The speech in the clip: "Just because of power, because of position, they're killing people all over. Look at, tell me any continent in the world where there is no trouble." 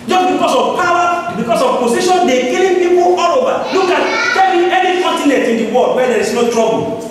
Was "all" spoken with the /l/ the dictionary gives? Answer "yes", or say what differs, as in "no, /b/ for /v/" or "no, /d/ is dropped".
yes